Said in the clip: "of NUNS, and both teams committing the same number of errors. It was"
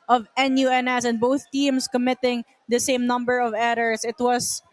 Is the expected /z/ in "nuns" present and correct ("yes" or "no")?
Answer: no